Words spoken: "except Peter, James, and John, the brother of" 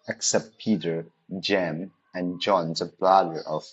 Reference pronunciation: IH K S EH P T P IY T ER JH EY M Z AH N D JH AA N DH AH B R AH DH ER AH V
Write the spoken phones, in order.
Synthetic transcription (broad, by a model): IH K S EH P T P IY T ER JH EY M AH N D JH AA N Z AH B L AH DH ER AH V